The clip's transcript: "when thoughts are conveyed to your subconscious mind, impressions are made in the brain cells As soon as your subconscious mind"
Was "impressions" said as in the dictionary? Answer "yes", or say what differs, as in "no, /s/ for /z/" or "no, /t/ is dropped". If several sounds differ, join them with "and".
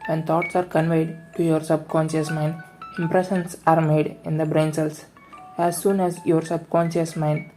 no, /s/ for /z/